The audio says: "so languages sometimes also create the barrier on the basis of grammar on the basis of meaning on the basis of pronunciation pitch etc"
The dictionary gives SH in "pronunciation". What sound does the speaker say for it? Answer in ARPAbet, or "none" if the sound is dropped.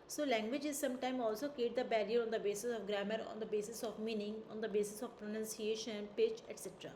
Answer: SH